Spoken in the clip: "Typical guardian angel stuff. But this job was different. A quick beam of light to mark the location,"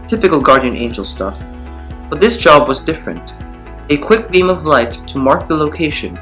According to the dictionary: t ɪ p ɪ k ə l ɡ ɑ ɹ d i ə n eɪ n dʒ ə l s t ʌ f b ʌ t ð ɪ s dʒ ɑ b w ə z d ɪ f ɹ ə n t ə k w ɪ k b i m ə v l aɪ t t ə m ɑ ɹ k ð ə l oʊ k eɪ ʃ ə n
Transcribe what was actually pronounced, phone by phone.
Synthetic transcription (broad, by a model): t ɪ p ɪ k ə l ɡ ɑ ɹ d i ə n eɪ n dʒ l s t ʌ f b ʌ t ð ɪ s dʒ ɑ b w ə z d ɪ f ɹ ə n t ə k w ɪ k b i m ə v l aɪ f t ə m ɑ ɹ k ð ə l oʊ k eɪ ʃ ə n